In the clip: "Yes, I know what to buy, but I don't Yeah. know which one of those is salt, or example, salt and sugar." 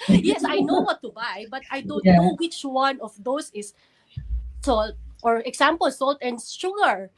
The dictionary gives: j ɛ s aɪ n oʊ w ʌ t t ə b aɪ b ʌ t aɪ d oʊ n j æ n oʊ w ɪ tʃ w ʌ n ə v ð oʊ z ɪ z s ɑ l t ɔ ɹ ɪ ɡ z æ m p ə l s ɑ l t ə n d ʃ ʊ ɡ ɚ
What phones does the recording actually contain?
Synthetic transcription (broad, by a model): j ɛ s aɪ n oʊ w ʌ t t ə b aɪ b ʌ t aɪ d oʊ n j n oʊ w ɪ tʃ w ʌ n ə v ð oʊ s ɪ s s ɑ l t ɔ ɹ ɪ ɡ s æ m p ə l s ɑ l t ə n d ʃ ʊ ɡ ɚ